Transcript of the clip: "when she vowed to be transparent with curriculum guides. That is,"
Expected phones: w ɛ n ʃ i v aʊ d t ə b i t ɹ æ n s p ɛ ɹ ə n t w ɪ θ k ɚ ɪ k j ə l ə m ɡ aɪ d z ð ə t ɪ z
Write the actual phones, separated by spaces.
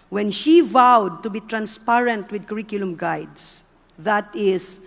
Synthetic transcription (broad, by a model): w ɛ n ʃ i v aʊ d t ə b i t ɹ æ n s p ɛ ɹ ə n t w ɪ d k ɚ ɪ k j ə l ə m ɡ aɪ d s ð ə t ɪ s